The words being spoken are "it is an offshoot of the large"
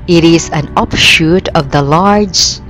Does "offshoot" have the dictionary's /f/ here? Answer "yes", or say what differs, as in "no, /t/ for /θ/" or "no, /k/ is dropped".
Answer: no, /p/ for /f/